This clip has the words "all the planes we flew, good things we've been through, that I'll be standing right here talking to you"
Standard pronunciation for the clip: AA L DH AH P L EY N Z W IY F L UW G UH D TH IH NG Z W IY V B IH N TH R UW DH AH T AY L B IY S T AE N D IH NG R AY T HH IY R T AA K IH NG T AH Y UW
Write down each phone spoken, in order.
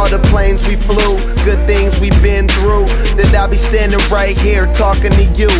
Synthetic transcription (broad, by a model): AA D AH P L EY N Z W IY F L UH G UH D TH IH NG Z W IY B IH N TH R UW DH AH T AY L B IY S T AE N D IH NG R AY T HH IY R T AA K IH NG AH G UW